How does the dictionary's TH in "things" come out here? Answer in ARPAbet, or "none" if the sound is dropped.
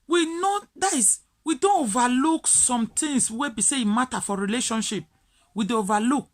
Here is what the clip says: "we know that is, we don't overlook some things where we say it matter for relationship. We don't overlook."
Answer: T